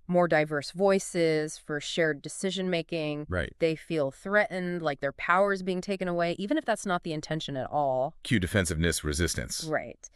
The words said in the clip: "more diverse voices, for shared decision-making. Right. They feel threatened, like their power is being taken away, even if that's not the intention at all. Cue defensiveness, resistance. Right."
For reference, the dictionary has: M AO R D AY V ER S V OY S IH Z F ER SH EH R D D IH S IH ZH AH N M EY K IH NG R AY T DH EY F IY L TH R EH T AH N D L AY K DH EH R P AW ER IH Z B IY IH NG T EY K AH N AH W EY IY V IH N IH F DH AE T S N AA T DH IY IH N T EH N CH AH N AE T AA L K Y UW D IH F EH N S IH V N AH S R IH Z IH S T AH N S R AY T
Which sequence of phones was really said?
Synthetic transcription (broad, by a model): M AO R D AY V ER S V OY S IH Z F ER SH EH R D D IH S IH ZH AH N M EY K IH NG R AY T DH EY F IY L TH R EH T N D L AY K DH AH R P AW ER Z B IY IH NG T EY K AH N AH W EY IY V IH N IH F DH AE T S N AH T DH IY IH N T EH N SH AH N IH T AA L K Y UW D IH F EH N S IH V N AH S R IH Z IH S T AH N S R AY T